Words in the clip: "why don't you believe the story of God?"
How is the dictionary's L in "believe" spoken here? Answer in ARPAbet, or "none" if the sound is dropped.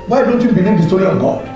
N